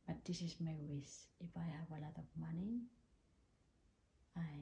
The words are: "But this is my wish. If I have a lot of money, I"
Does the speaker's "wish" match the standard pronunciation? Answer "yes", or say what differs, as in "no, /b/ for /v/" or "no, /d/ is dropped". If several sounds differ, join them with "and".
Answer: no, /s/ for /ʃ/